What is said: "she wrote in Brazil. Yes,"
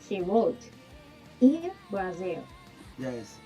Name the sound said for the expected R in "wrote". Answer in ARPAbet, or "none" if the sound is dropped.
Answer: W